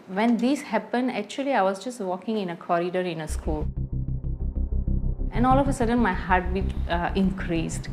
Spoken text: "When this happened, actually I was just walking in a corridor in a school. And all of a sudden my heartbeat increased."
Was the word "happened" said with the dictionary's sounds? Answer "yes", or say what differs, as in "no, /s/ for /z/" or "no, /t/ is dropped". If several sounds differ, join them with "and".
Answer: yes